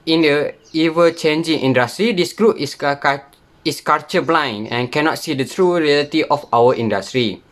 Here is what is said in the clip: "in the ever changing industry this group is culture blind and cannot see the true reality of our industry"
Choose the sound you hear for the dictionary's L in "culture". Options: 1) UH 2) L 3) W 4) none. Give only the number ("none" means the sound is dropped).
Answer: 4